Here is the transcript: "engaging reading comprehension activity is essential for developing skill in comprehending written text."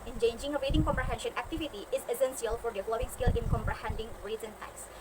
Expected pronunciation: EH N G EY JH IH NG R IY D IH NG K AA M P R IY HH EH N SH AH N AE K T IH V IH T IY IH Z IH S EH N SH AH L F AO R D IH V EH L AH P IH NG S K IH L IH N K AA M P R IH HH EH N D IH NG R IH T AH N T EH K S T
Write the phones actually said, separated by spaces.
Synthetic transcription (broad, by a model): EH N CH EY JH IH NG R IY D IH NG K AA M P R IY HH EH N SH AH N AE K T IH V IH T IY IH Z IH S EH N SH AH L F AO R D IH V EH L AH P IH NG S K IH L IH N K AA M P R IH HH EH N D IH NG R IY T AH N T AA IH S